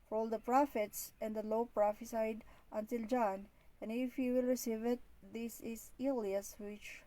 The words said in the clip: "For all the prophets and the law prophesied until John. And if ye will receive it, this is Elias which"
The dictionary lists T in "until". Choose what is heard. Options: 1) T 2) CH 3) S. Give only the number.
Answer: 1